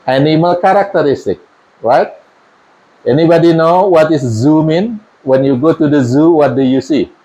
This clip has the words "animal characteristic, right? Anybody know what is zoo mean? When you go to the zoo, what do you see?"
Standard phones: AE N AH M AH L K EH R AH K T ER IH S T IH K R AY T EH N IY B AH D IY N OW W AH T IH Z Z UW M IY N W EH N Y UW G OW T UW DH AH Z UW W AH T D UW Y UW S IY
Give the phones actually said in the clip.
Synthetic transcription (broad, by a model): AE N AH M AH L K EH R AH K T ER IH S T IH K R AY T EH N IY B AH D IY N OW W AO T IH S Z UW M IY N W EH N Y UW G OW T UW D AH Z UW W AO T D UW Y UW S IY